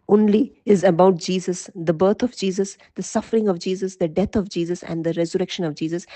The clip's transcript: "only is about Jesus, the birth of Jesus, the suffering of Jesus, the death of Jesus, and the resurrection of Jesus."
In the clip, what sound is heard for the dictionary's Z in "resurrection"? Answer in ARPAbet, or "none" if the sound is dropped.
Z